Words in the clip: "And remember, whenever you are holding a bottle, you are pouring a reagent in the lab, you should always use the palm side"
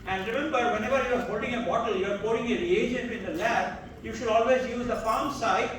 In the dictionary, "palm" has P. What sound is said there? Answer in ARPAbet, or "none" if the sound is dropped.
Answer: F